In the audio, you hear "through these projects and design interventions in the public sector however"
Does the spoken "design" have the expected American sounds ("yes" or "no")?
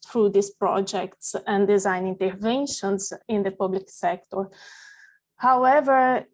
yes